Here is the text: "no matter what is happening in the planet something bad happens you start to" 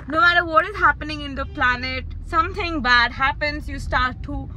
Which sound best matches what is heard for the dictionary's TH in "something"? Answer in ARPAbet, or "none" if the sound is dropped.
T